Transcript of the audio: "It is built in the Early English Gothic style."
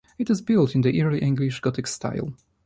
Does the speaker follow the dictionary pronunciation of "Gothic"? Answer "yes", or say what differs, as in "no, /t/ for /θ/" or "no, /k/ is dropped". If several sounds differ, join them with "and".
no, /t/ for /θ/